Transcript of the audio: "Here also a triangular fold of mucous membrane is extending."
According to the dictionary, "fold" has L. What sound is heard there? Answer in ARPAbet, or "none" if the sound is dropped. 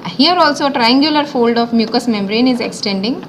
L